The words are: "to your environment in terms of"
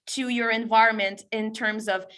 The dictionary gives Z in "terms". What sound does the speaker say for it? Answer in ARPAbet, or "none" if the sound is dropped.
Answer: Z